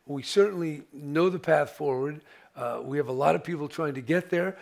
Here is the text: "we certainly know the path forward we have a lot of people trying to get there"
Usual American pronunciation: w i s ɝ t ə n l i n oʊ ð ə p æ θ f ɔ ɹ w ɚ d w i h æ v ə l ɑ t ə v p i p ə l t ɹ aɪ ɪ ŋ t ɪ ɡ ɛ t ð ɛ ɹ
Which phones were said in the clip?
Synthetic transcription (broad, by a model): w i s ɝ t n l i n oʊ ð ə p æ θ f ɔ ɹ w ɚ d w i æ v ə l ɑ t ə v p i p l t ɹ aɪ ɪ ŋ t ɪ ɡ ɛ t ð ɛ ɹ